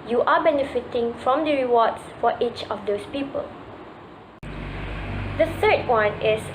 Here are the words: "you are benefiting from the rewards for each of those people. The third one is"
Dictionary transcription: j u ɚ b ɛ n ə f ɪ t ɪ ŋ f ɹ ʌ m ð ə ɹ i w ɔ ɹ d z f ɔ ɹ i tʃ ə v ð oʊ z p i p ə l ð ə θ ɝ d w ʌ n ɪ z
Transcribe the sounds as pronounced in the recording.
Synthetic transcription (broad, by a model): j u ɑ b ɛ n ə f ɪ t ɪ ŋ f ɹ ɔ m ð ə ɹ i w ɔ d s f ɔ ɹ i tʃ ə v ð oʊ s p i p ə l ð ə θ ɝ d w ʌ n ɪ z